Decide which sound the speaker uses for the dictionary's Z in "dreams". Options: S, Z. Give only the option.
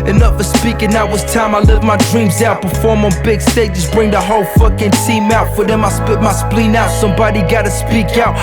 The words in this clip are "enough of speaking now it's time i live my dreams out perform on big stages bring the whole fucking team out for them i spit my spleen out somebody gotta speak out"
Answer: Z